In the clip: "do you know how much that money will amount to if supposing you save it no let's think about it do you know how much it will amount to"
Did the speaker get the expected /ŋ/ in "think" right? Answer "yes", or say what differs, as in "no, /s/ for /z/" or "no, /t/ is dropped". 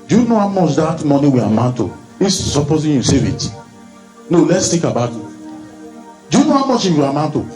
no, /ŋ/ is dropped